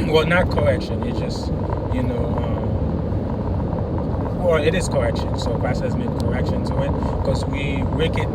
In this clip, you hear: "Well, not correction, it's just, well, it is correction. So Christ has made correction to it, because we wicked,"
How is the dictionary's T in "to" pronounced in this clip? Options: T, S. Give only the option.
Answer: S